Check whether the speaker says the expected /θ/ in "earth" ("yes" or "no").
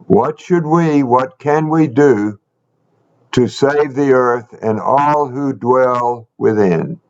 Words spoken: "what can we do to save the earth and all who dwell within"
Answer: yes